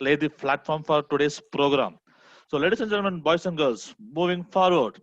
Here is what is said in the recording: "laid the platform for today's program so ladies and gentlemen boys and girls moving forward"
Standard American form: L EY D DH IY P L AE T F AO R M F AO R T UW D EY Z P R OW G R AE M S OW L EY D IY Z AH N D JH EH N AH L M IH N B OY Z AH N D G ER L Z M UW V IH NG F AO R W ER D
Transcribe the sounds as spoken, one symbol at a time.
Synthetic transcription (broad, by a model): L EY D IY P L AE T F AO R M F AO R T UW D EY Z P R OW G R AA M S OW L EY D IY S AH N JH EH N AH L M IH N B OY S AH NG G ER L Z M UW V IH NG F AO R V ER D